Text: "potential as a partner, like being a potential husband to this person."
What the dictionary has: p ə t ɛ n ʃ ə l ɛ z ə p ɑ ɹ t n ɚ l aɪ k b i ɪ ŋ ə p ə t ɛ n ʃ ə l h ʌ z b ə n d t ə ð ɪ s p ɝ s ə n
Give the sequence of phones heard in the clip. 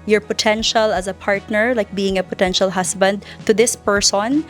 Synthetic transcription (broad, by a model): p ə t ɛ n ʃ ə l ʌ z ə p ɑ ɹ t n ɚ l aɪ k b i ɪ ŋ ə p ə t ɛ n ʃ ə l h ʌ s b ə n d t ə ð ɪ s p ɝ s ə n